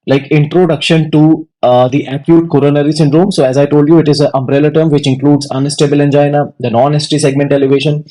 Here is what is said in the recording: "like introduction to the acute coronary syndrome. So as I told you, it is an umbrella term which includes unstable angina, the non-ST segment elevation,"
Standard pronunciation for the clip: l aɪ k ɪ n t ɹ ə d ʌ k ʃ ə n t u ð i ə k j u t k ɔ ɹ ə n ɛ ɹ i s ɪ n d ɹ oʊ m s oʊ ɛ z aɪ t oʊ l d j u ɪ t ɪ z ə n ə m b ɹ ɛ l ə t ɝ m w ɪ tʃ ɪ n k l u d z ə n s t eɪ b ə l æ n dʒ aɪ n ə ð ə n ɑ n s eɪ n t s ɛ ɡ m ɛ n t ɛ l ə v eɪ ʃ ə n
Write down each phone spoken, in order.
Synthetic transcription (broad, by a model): l aɪ k ɪ n t ɹ ə d ʌ k ʃ ə n t u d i ə k j u t k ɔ ɹ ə n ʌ ɹ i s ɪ n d ɹ oʊ m s oʊ ɛ z aɪ t oʊ l d j u ɪ t ɪ z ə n ə m b ɹ ɛ l ə t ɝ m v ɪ tʃ ɪ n k l u d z ə n s t eɪ b ə l æ n dʒ aɪ n ə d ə n ɑ n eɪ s t s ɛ ɡ m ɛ n t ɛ l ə v eɪ ʃ ə n